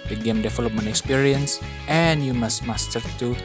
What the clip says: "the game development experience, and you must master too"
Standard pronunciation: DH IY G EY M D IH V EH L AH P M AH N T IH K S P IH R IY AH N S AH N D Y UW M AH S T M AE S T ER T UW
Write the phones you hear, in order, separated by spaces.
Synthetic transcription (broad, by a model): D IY G EY M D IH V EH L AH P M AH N IH K S P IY R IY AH N S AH N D Y UW M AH S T M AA S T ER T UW